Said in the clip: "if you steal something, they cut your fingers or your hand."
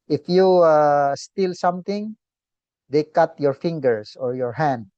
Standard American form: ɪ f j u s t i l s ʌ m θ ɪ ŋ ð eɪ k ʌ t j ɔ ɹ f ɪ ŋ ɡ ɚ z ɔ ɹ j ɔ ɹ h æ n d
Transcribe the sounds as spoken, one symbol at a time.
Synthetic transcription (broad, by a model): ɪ f j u s t i l s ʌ m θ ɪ ŋ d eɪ k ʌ t j ɔ ɹ f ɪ ŋ ɡ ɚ s ɔ ɹ j ɔ ɹ h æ n d